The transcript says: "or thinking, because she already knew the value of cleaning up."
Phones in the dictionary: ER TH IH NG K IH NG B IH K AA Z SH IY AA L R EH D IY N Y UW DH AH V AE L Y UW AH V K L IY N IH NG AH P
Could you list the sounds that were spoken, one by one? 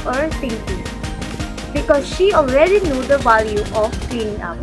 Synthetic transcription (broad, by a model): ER T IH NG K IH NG B IH K AA Z SH IY AA L R EH D IY N Y UW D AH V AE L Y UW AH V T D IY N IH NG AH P